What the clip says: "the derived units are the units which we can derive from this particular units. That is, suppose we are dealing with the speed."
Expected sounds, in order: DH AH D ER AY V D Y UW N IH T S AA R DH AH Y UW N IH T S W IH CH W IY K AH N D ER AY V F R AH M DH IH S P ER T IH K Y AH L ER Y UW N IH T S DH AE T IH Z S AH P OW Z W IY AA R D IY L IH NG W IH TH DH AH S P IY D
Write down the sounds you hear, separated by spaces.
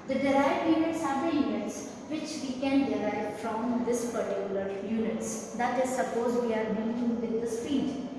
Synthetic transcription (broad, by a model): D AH D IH AY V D Y UW N IH T S AA R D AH Y UW N IH T S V IH CH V IY K AH N D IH AY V F R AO M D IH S P ER T IH K Y AH L ER Y UW N IH T S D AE T IH Z S AH P OW Z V IY AA R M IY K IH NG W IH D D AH S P IY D